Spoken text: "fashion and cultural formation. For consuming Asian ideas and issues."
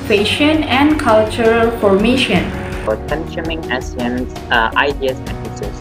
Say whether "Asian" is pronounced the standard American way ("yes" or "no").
no